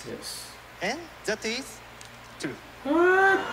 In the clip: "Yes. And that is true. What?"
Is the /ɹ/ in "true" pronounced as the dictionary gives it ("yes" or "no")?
no